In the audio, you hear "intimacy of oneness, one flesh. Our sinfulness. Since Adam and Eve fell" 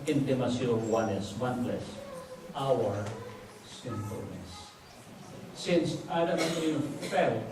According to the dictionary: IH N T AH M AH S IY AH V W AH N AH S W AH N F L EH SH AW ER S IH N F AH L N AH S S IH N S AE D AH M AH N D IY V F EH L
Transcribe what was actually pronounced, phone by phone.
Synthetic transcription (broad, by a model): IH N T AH M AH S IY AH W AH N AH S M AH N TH L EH S AW ER S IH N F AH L N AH S S IH N S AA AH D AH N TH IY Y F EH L